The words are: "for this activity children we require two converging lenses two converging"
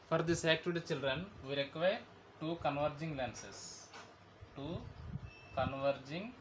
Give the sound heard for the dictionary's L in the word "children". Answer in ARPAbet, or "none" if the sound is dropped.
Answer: L